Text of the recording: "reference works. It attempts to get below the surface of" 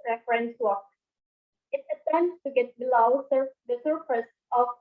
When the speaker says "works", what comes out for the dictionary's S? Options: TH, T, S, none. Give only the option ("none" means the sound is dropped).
none